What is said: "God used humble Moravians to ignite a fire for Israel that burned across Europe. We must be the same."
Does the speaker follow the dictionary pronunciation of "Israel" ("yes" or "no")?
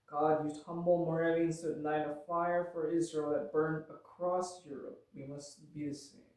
yes